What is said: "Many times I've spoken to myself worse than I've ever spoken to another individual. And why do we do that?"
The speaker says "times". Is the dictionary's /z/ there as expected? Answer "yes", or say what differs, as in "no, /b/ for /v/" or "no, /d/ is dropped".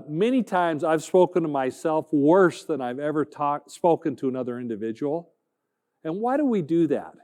yes